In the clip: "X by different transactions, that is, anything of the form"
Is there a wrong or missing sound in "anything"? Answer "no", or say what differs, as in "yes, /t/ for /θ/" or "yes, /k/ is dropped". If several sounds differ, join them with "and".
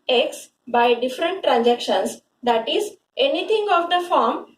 yes, /t/ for /θ/